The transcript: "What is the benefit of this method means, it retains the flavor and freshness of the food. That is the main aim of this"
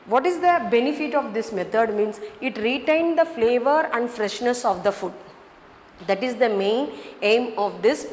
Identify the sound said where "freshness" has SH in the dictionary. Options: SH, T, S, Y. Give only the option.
SH